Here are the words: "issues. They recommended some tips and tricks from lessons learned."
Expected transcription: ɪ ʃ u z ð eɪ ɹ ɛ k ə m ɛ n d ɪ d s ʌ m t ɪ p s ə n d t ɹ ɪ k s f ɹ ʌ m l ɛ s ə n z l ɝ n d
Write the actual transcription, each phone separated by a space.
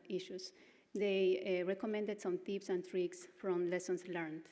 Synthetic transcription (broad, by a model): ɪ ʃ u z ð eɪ ɹ ɛ k ə m ɛ n d ɪ d s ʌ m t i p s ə n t ɹ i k s f ɹ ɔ m l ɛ s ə n s l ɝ n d